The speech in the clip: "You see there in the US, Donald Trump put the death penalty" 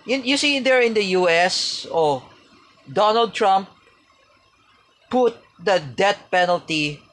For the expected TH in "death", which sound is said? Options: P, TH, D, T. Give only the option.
T